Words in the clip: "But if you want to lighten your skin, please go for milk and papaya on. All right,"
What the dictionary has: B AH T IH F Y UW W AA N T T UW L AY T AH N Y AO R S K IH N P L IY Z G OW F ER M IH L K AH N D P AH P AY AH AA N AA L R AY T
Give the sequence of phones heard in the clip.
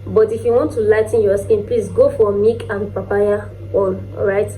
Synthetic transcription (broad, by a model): B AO T IH F Y UW W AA N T T UW L AY T N Y AO S K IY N P L IY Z G OW F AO M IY K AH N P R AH P AY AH AA N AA R AY T